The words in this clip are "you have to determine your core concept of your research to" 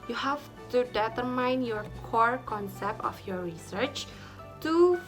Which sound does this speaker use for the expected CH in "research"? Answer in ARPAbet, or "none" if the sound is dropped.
CH